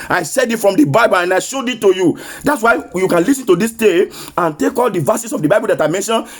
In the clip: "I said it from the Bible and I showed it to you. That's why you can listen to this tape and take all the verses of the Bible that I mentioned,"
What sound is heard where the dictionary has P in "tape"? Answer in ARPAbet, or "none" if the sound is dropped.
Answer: none